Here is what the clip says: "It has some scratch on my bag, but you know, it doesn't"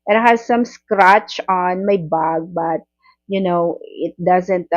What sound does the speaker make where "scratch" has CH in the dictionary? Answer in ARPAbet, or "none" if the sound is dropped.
CH